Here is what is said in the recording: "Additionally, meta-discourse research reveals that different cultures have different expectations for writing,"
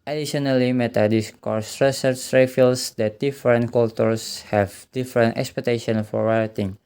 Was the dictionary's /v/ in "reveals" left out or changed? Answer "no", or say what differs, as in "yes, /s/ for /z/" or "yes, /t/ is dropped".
yes, /f/ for /v/